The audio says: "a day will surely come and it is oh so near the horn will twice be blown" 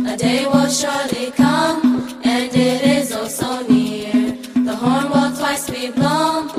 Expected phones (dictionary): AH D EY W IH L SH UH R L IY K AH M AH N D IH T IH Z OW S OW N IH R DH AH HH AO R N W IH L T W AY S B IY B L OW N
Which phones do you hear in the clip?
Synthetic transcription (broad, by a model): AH D EY W IH L SH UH R L IY K AH M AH N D IH T IH Z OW S OW N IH R DH AH HH AO R N W IH L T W AY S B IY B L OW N